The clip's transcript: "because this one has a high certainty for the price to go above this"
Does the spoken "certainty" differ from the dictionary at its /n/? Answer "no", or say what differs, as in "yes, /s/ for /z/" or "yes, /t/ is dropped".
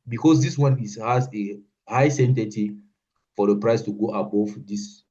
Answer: yes, /n/ is dropped